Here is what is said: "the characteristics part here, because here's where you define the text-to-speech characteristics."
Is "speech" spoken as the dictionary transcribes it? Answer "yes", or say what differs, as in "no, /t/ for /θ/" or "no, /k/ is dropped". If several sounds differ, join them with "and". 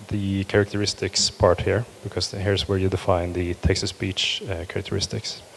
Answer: no, /b/ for /p/